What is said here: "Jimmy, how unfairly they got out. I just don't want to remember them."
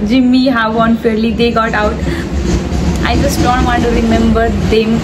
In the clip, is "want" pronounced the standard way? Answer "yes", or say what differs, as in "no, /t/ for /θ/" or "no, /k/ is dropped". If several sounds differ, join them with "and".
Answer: no, /n/ is dropped